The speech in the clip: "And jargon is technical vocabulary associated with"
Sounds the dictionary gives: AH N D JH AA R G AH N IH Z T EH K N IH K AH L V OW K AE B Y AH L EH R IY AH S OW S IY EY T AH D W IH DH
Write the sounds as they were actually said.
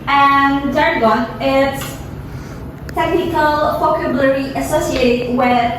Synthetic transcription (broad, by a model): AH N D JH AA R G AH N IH S T EH K N IH K AH L F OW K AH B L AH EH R IY AH S OW S IY EY T AH D W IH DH